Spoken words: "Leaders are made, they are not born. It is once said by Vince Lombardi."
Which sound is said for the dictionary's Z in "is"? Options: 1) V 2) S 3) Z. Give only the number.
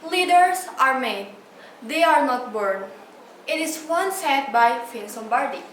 2